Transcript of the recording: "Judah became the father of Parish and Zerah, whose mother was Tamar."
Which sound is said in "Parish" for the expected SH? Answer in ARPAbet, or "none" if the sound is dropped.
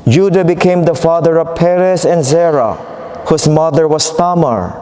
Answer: S